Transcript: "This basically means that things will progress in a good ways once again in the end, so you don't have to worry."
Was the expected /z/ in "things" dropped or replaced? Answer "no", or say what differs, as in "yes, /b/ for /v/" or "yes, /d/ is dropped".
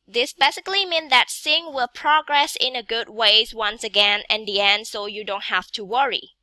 yes, /z/ is dropped